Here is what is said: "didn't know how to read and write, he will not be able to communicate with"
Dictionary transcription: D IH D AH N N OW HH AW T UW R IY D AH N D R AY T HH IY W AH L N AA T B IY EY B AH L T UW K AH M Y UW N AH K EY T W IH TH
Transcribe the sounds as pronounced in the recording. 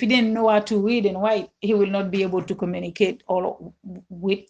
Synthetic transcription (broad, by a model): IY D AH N N OW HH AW T UW W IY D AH N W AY HH IY W AH L N AA T B IY EY B AH L T UW K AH M Y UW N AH K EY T W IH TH